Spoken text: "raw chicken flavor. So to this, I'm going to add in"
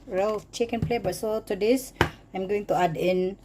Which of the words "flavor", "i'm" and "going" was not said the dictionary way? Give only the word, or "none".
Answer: flavor